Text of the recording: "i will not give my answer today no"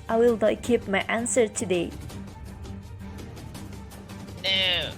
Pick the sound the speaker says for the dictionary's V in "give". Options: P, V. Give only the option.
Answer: P